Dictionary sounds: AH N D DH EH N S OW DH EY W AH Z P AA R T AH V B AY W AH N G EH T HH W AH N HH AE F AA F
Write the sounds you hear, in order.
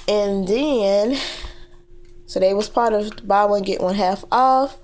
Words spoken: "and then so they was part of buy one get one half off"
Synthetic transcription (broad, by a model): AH N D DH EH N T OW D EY W AH Z P AA R T AH V B AY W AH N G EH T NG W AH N HH AE F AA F